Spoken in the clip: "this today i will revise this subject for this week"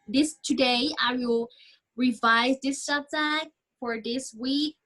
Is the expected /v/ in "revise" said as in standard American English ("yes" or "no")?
yes